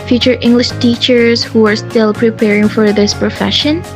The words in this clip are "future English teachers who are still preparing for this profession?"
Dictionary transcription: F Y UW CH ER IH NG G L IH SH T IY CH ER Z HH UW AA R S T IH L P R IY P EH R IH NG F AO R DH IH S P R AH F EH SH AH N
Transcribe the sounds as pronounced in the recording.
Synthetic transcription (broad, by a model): F Y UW CH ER IH NG G L IH SH T IY CH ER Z HH UW AA R S T IH L P R IY P EH R IH NG F AO R DH IH S P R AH F EH SH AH N